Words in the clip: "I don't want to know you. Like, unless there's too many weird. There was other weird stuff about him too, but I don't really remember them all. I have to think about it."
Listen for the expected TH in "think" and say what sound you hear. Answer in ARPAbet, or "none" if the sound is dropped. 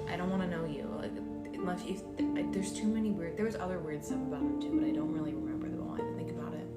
TH